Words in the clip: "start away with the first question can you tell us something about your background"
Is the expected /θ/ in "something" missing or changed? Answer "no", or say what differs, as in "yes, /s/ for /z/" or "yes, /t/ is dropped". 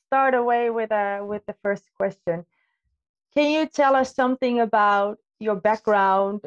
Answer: no